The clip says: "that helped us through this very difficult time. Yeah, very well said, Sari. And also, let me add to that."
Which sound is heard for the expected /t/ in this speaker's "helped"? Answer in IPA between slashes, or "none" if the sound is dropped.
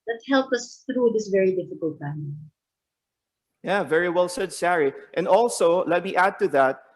none